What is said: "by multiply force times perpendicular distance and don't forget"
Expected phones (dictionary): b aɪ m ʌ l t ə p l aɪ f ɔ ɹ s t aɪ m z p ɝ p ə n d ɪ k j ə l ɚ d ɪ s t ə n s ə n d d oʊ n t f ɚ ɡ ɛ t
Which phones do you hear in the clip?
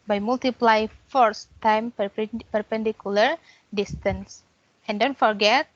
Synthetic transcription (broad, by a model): b aɪ m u l t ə p l aɪ f ɔ ɹ s t aɪ m p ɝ p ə n d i k j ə l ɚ d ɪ s t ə n s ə n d d oʊ n t f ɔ ɡ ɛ t